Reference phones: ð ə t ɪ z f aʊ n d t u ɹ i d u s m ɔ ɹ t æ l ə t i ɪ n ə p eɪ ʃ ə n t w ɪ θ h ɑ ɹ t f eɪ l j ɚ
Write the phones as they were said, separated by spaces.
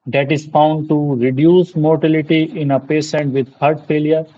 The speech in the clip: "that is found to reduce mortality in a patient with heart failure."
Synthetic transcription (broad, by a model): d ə t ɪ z f aʊ n d t u ɹ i d u s m ɔ ɹ t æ l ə t i ɪ n ə p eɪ s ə n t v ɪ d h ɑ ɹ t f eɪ l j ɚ